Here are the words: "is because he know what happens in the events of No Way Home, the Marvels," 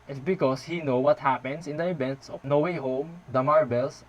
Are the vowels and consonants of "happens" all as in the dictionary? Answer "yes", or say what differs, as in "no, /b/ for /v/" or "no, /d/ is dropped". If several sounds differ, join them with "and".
no, /s/ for /z/